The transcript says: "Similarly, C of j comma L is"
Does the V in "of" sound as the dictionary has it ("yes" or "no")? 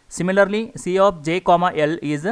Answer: no